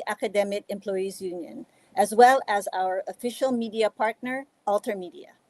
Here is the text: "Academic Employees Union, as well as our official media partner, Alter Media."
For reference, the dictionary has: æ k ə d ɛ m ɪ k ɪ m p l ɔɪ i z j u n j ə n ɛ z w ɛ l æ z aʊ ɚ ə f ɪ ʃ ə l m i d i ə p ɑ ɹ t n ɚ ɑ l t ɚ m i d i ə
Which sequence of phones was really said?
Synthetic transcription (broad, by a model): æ k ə d ɛ m ɪ k ɪ m p l ɔɪ i z j u n j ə n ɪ z w ɛ l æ z aʊ ɚ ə f ɪ ʃ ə l m i d i ə p ɑ ɹ t n ɚ ɑ l t ɚ m i d i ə